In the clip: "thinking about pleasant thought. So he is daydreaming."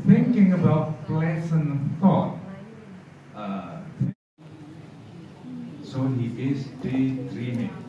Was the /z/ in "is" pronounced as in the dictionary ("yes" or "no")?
no